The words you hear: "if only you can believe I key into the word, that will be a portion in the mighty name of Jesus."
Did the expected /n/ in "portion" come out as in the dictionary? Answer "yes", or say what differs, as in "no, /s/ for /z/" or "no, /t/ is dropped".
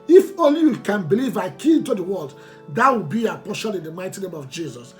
no, /l/ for /n/